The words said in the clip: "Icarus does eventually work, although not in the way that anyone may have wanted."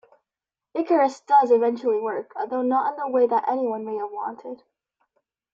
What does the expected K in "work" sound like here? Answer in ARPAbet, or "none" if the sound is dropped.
K